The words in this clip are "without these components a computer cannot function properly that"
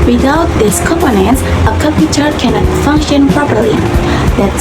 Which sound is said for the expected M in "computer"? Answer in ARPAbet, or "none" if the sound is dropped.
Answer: none